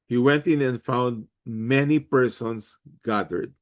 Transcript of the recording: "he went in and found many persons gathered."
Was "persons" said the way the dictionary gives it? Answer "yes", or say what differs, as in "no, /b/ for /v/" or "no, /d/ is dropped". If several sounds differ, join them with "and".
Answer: no, /s/ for /z/